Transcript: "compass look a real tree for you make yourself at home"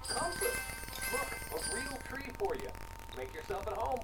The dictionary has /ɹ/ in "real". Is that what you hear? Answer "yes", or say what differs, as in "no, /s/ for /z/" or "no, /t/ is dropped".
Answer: yes